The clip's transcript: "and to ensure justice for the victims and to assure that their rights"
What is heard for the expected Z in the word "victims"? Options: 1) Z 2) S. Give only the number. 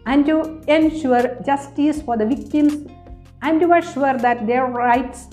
2